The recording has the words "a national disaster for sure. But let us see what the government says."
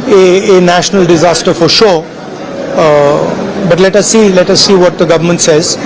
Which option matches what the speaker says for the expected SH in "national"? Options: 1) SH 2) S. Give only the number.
1